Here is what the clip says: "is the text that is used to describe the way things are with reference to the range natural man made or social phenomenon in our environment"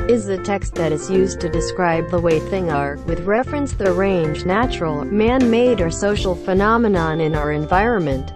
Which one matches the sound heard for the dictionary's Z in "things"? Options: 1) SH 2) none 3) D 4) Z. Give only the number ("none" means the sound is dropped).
2